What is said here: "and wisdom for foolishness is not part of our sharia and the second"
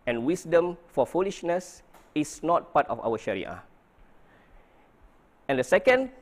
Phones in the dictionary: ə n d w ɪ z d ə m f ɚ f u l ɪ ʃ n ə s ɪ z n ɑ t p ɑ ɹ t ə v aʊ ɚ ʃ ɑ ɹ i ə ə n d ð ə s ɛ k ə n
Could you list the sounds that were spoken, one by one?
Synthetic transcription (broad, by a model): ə n w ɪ s d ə m f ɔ f u l ɪ ʃ n ə s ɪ s n ɑ t p ɑ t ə f aʊ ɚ ʃ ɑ ɹ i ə ə n d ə s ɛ k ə n